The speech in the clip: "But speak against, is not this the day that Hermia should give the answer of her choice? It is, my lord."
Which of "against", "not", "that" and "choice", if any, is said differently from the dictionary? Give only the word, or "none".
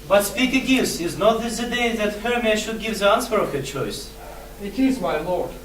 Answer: against